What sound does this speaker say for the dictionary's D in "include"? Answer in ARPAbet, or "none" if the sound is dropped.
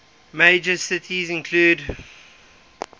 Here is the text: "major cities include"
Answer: D